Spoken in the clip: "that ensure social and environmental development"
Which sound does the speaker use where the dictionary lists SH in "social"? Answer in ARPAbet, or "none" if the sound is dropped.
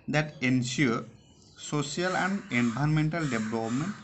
S